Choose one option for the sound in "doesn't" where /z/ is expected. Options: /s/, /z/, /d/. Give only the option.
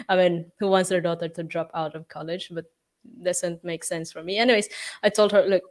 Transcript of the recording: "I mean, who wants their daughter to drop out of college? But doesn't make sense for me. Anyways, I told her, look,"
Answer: /s/